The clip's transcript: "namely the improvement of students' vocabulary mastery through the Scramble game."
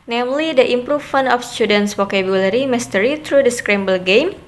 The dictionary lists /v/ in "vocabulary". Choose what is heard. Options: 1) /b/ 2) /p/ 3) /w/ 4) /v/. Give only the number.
3